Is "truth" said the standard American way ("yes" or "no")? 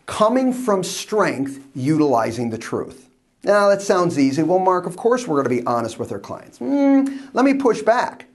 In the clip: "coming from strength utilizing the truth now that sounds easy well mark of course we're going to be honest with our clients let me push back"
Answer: yes